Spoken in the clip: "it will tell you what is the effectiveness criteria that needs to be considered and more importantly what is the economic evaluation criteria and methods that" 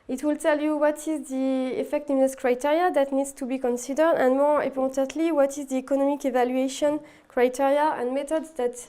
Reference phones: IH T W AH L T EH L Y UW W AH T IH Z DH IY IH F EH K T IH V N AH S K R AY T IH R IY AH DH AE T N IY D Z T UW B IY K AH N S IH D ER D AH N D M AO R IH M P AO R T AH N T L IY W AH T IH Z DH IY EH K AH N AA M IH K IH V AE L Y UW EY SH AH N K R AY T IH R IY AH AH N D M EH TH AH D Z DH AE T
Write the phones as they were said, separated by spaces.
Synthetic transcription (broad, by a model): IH T W AH L T EH L Y UW W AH T IH Z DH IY IH F EH K T IH V N AH S K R AY T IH R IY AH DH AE T N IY D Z T UW B IY K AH N S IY D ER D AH N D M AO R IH P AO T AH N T L IY W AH T IH Z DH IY EH K AH N AA M IH K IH V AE L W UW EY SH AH N K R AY T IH R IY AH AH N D M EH T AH D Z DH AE T